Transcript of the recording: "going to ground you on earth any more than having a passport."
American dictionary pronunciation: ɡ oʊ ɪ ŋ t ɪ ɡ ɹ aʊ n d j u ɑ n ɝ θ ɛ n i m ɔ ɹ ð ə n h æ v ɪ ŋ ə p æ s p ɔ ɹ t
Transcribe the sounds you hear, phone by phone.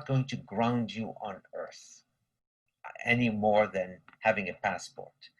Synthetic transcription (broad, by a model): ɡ oʊ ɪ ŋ t ɪ ɡ ɹ aʊ n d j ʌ n ɝ θ ɛ n i m ɔ ɹ ð ə n h æ v ɪ ŋ ə p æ s p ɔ ɹ t